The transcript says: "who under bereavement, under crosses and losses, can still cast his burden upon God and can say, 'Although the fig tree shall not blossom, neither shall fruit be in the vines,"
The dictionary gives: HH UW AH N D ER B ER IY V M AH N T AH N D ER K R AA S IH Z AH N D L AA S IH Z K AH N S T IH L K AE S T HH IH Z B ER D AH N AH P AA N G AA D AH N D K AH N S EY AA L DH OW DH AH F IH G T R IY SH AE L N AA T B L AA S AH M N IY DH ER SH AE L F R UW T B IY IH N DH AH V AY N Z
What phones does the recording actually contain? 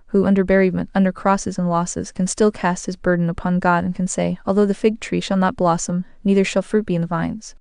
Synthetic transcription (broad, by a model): HH UW AH N D ER B ER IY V M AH N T AH N D ER K R AA S IH Z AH N L AA S IH Z K AH N S T IH L K AE S T HH IH Z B ER D N AH P AA N G AA D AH N K N S EY AA L DH OW DH AH F IH G T R IY SH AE L N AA T B L AA S AH M N IY DH ER SH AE L F R UW T B IY IH N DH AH V AY N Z